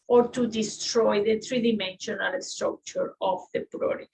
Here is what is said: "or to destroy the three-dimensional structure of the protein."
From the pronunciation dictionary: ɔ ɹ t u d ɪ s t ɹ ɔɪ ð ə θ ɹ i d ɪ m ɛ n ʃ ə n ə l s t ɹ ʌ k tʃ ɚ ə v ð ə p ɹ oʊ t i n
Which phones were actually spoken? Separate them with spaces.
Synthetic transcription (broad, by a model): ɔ ɹ t u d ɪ s t ɹ ɔɪ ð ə t ɹ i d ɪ m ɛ n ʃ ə n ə l s t ɹ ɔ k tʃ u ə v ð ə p ɹ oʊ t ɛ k